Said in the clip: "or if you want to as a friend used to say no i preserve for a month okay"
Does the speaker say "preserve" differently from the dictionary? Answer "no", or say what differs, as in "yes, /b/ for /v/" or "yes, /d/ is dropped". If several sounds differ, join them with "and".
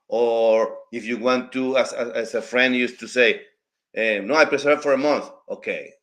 yes, /s/ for /z/